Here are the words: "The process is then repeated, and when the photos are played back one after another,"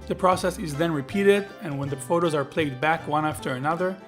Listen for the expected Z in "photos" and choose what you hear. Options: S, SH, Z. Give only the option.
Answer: Z